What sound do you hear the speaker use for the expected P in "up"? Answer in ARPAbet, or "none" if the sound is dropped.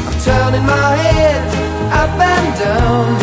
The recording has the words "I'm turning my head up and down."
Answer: B